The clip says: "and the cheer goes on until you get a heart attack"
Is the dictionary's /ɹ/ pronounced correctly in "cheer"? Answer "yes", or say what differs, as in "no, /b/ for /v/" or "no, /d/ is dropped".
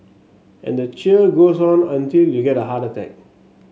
no, /l/ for /ɹ/